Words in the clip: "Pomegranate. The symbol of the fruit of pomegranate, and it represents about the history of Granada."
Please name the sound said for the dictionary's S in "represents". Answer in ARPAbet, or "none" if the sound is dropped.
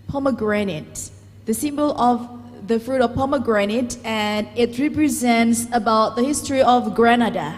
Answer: S